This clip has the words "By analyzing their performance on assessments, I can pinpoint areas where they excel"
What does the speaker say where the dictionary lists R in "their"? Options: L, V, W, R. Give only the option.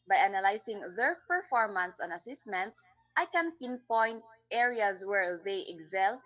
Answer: R